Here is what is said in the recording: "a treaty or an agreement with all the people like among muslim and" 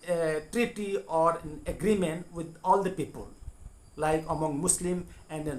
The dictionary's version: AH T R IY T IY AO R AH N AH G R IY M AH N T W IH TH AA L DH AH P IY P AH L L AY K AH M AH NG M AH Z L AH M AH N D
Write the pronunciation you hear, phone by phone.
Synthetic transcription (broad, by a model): T R IY T IY AO R AH N AH G R IY M AH N T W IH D AA L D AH P IY P AH L L AY K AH M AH NG M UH S L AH M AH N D